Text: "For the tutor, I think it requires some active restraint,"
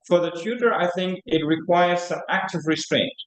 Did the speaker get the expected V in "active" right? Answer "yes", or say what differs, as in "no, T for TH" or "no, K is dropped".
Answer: yes